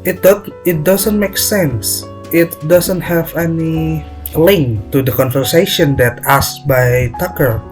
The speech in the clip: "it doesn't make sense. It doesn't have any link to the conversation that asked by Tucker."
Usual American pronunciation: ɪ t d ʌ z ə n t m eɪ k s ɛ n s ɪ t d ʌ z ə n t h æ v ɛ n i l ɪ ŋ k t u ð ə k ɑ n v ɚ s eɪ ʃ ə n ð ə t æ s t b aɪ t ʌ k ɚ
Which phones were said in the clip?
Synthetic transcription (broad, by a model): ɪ t d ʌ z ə n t m eɪ k s ɛ n s ɪ t d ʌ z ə n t h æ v ɛ n i l ɪ ŋ k t u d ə k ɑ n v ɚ s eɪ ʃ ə n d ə t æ s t b aɪ t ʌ k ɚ